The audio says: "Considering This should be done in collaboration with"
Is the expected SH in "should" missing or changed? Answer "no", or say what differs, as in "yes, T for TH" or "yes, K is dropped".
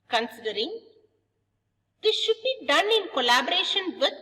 no